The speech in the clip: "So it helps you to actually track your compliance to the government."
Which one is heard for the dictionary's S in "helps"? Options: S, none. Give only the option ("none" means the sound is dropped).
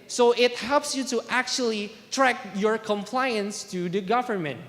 S